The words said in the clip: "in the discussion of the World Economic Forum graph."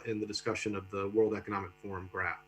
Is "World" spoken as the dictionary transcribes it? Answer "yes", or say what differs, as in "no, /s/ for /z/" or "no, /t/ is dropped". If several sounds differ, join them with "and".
yes